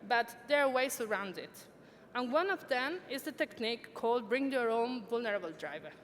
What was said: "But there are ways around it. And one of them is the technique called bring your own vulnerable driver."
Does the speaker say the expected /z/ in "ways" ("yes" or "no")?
no